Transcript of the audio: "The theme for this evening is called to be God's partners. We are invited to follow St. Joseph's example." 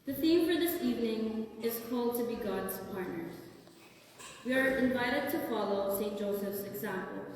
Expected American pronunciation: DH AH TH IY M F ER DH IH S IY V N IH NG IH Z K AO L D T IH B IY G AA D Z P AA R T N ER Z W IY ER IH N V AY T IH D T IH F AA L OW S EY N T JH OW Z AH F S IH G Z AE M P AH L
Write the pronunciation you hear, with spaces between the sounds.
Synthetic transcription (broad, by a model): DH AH TH IY M F ER DH IH S IY V N IH NG IH Z K AO L D T IH B IY G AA D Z P AA R T N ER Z W IY ER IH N V AY T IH D T IH F AA L OW S EY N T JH OW S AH F S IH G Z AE M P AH L